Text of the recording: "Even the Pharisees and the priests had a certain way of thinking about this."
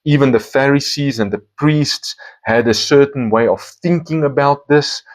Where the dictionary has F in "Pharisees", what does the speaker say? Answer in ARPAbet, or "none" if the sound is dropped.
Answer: F